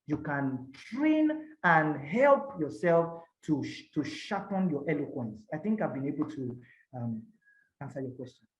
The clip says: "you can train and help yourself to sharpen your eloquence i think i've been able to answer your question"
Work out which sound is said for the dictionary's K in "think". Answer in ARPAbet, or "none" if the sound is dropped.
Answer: K